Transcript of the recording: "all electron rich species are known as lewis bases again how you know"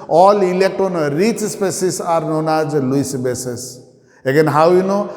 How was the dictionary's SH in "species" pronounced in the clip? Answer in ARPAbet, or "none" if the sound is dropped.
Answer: S